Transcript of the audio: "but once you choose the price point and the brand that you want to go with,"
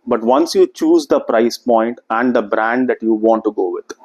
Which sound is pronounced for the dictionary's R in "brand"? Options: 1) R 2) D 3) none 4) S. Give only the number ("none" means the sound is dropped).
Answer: 1